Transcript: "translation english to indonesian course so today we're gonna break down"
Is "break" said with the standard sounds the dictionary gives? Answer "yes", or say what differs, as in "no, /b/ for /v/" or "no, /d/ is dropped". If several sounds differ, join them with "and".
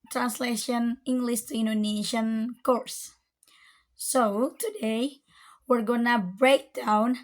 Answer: yes